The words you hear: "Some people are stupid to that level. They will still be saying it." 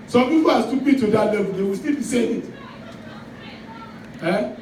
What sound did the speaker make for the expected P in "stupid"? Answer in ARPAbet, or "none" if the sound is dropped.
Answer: B